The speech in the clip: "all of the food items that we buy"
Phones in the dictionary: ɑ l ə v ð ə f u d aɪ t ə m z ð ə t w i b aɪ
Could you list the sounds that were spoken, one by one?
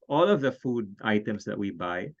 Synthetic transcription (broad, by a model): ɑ l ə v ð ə f u d aɪ t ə m s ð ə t w i b aɪ